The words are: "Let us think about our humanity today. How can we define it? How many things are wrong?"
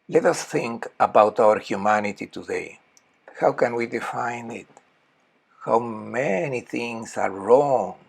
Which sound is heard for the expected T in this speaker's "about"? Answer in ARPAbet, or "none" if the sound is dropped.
T